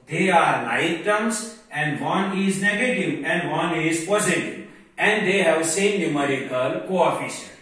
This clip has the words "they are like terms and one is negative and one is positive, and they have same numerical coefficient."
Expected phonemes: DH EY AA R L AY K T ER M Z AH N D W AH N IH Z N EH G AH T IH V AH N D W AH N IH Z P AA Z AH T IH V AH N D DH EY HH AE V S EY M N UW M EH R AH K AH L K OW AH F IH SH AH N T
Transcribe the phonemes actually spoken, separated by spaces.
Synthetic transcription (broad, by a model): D EY AA R N AY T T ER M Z AH N D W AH N IH Z N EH G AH T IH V AH N D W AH N IH Z P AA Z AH T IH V AH N D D EY HH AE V S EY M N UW M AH R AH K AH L K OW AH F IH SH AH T